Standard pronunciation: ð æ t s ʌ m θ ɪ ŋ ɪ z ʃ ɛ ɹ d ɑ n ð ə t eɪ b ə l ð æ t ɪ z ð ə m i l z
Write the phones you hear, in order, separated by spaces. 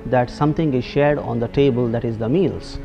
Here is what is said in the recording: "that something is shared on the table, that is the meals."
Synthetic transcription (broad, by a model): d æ t s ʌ m t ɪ ŋ ɪ z ʃ ɛ ɹ d ɑ n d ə t eɪ b ə l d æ t ɪ z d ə m i l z